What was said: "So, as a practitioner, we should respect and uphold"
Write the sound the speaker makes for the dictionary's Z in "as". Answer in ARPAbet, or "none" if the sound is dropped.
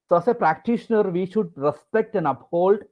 S